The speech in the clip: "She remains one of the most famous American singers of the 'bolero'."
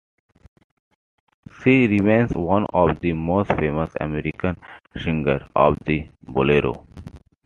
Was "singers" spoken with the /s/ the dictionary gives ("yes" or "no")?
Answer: no